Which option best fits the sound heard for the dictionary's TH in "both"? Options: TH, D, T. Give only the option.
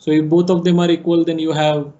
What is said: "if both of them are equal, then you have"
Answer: T